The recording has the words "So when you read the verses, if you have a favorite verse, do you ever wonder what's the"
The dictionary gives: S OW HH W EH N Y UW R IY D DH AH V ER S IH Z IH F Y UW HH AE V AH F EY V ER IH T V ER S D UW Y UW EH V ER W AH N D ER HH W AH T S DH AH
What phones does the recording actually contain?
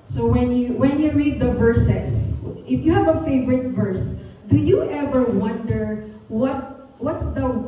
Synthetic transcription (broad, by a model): S OW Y W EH N Y UW R IY D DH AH V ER S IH S IH F Y UW HH AE V AH F EY V ER IH T V ER S D UW Y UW EH V ER W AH N D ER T W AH T S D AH